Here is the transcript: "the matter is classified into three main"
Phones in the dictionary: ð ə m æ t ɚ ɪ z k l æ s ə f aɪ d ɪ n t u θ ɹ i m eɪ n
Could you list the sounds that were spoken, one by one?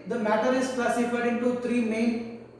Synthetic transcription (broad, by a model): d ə m æ t ɚ ɪ z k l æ s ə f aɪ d ɪ n t u t ɹ i m eɪ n